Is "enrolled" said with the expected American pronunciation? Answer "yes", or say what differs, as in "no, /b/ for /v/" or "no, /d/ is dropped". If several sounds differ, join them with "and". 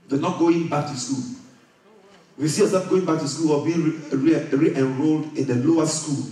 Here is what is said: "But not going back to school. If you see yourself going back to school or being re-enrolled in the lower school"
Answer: yes